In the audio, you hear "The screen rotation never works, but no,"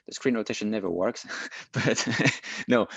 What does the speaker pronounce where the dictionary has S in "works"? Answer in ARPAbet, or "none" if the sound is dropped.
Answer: S